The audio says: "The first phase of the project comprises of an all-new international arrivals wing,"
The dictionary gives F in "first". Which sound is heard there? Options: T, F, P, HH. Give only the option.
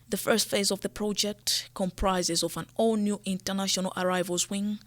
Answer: F